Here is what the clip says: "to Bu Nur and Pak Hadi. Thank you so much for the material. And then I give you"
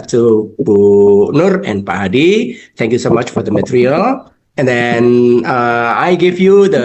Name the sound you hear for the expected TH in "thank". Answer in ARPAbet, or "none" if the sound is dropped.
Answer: T